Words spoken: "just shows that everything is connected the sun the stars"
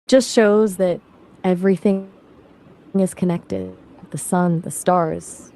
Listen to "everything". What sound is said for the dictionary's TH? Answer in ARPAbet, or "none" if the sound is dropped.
TH